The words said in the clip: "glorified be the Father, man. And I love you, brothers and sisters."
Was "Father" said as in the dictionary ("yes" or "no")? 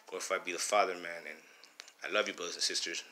yes